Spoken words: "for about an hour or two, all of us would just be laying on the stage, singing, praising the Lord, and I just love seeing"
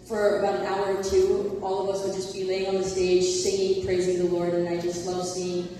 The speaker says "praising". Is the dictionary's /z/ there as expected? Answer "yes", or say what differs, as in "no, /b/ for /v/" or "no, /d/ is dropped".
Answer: yes